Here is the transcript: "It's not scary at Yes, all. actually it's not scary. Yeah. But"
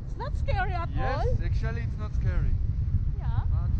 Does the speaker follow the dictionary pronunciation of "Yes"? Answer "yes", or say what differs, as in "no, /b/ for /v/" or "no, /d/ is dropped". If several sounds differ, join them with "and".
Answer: no, /s/ is dropped